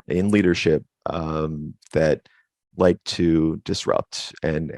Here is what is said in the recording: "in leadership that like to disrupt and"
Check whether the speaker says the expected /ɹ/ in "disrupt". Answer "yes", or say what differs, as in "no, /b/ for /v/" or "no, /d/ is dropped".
yes